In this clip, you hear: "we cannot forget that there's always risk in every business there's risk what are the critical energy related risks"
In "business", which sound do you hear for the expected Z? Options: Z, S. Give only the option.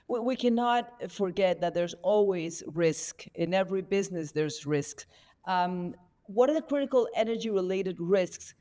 Z